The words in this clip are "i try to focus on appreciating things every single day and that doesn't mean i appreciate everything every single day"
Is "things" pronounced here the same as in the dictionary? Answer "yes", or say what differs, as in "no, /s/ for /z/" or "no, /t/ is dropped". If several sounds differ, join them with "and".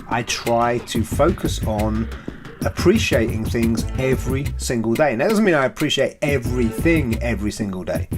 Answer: yes